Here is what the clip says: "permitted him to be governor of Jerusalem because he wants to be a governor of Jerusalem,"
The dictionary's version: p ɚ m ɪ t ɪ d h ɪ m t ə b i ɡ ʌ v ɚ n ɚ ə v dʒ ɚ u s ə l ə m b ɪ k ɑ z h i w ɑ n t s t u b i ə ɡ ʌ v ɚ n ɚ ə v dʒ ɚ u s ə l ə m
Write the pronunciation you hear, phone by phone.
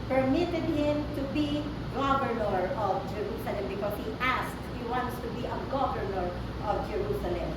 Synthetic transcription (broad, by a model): p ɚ m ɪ t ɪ d h ɪ m t ə b i ɡ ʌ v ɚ n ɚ ə v dʒ ɚ u s ə l ə m b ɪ k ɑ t h i w ɑ n t s t u b i ə ɡ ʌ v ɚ n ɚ ə v dʒ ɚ u s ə l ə m